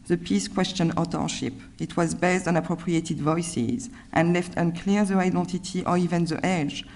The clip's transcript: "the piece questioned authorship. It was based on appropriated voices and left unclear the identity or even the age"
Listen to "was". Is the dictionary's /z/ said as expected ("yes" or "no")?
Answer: yes